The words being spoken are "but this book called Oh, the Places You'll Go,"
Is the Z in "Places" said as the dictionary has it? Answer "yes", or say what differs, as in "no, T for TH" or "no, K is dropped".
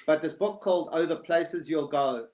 yes